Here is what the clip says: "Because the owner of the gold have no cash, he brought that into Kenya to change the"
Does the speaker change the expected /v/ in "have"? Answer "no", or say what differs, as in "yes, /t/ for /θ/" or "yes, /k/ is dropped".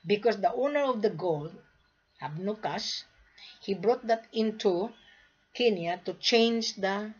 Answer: yes, /b/ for /v/